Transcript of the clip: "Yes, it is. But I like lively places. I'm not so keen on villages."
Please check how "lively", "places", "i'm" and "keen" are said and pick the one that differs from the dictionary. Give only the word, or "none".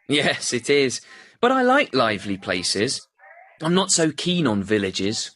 none